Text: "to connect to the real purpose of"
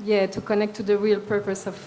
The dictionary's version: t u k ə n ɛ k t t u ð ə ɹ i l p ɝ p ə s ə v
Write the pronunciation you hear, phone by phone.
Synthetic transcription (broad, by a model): t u k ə n ɛ k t t u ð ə ɹ i l p ɝ p ə s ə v